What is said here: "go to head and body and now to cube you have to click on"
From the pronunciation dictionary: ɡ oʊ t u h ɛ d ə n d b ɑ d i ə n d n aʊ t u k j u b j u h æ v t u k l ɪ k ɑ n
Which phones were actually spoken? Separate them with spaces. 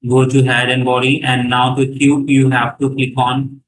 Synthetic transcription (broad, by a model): ɡ oʊ t u h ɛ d ə n d b ɑ d i ə n d n aʊ t u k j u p j u h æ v t u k ɪ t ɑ n